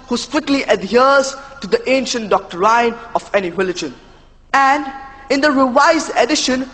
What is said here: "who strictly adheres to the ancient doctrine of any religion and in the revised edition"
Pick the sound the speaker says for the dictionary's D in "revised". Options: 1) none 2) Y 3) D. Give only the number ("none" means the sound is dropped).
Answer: 1